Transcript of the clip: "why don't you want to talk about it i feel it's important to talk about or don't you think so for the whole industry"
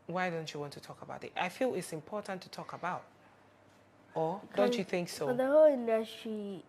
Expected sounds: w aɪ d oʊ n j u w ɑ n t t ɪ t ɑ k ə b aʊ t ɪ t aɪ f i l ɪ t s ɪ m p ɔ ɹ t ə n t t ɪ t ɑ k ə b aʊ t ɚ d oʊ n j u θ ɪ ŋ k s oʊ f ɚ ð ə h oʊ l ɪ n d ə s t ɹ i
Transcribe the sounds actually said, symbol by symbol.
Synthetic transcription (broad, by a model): w aɪ d oʊ n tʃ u w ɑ n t t ɪ t ɑ k ə b aʊ t ɪ t aɪ f i l ɪ t s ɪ m p ɔ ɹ t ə n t t ɪ t ɑ k ə b aʊ t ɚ d oʊ n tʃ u θ ɪ ŋ k s oʊ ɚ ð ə h oʊ l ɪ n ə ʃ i